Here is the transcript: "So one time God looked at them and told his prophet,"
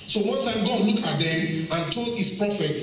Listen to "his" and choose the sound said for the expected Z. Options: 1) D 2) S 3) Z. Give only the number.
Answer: 2